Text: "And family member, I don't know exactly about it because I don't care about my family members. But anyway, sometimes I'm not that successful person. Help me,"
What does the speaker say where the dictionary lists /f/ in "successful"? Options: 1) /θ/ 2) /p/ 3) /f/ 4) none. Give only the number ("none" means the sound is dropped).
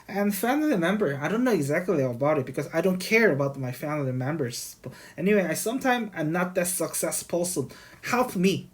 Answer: 2